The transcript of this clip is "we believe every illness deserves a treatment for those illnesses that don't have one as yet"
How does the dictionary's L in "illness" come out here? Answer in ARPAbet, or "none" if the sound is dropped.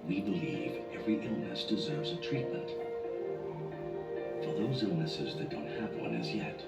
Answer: L